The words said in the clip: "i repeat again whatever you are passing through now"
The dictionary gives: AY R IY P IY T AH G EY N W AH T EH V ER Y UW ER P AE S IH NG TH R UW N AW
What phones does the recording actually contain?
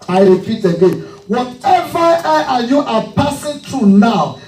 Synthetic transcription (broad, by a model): AY R IY P IY T AH G EY N W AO T EH V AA Y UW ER P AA S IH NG T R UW N AW